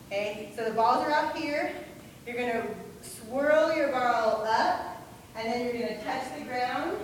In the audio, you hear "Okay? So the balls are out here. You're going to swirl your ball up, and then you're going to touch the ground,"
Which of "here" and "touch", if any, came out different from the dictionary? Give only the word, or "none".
touch